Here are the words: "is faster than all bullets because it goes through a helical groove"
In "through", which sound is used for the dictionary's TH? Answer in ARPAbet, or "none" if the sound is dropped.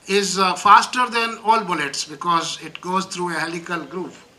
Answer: T